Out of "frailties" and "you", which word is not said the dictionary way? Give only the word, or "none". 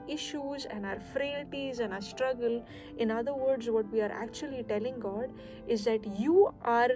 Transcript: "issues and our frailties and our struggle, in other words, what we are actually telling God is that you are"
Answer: none